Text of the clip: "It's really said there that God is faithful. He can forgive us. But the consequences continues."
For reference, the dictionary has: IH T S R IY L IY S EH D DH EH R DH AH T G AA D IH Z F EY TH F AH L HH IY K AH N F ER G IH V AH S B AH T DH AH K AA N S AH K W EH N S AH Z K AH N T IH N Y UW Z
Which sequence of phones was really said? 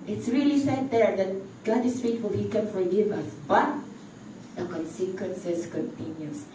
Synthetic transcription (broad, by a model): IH T S R IY L IY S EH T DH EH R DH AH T G AA D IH S F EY T F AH L HH IY K AH N F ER G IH V AH S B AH T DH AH K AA N S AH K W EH N S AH S K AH N T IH N Y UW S